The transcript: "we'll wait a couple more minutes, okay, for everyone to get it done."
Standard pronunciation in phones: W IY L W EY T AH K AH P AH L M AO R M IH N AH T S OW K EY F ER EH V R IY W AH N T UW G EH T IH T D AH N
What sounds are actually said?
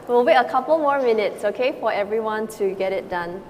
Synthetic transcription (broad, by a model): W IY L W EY AH K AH P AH L M AO R M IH N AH T S OW K EY F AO EH V R IY W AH N T UW G EH T IH T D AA N